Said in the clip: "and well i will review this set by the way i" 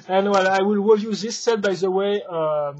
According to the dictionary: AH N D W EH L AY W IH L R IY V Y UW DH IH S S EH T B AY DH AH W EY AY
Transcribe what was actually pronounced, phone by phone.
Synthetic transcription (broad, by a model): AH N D W EH L AY W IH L W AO Y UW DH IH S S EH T B AY DH AH W EY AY